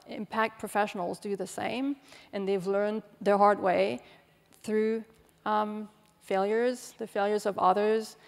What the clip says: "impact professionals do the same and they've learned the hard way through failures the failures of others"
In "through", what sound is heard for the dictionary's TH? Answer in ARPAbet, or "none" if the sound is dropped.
TH